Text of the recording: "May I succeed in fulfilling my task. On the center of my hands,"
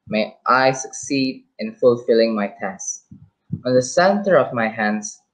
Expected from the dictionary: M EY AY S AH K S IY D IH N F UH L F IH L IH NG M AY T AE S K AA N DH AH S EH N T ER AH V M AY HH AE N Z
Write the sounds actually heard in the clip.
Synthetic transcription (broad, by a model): M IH AY S AH K S IY D IH N F UH L F IH L IH NG M AY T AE S AA N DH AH S EH N T ER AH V M AY HH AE N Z